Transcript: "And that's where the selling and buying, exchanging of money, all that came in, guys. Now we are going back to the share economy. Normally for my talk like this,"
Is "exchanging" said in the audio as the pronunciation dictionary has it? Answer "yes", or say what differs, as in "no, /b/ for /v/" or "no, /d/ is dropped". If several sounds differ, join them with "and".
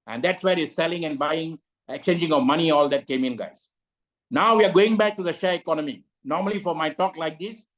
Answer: no, /s/ is dropped